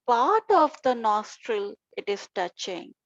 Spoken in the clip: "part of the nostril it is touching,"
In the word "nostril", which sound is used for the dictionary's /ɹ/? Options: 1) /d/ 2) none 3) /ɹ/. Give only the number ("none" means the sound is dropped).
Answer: 3